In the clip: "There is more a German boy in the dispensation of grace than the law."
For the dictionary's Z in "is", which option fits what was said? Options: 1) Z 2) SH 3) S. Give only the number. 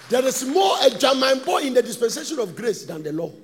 3